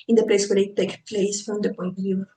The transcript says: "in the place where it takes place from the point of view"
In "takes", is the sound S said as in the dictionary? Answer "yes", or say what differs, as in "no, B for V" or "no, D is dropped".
no, S is dropped